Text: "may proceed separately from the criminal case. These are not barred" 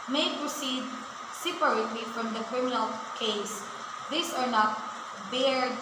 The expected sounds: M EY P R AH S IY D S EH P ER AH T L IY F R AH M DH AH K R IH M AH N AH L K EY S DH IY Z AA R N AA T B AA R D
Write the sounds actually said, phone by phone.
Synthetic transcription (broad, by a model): M EY P R AH S IY D S EH P ER AH T L IY F R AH M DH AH K R IH M AH N AH L K EY S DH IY S AA R N AA T B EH R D